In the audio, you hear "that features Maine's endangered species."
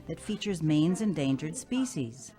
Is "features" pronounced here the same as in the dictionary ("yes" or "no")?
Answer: yes